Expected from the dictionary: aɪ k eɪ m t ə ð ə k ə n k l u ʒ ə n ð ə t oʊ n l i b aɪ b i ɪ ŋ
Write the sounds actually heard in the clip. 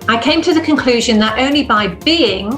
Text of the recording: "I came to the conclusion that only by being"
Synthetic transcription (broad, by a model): aɪ k eɪ m t ə ð ə k ə n k l u ʒ ə n ð ə t oʊ n l i b aɪ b i ɪ ŋ